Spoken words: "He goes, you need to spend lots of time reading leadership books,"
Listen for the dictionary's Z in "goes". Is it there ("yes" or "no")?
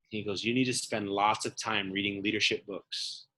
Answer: yes